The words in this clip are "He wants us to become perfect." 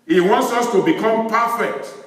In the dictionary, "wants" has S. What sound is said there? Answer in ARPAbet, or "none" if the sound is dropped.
S